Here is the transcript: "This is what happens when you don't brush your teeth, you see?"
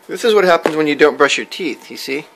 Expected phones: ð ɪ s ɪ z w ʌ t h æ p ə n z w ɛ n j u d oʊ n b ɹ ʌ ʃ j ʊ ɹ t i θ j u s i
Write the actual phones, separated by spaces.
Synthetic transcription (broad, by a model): ð ɪ s ɪ z w ʌ t h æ p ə n z w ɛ n j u d oʊ n b ɹ ʌ ʃ j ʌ ɹ t i θ j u s i